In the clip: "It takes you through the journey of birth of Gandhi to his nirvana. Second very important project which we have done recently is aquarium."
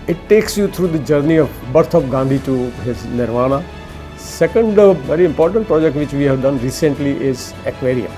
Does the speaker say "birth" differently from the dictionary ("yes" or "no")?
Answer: yes